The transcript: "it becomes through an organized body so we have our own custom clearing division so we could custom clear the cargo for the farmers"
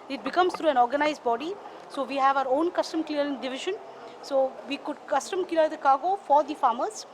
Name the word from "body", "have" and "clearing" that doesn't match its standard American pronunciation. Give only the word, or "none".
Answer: clearing